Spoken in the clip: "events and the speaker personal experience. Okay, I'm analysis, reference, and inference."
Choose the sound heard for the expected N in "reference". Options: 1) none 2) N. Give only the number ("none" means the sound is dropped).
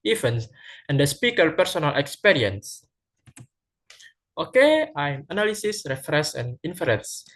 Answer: 1